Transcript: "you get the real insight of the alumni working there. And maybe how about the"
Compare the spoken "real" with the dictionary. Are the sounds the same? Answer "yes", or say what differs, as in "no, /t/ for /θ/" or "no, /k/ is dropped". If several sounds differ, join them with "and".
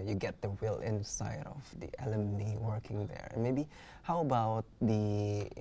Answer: no, /w/ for /ɹ/